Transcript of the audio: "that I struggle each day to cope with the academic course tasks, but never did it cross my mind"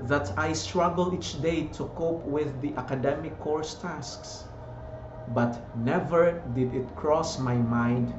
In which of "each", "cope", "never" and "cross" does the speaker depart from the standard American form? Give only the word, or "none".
none